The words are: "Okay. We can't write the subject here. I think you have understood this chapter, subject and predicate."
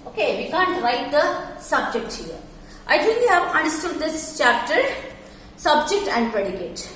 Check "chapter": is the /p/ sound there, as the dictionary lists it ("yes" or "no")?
yes